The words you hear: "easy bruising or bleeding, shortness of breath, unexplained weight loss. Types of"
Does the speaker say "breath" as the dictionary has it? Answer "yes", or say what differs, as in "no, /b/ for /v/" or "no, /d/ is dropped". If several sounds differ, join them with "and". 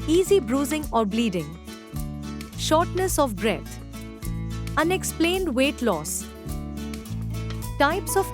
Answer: no, /t/ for /θ/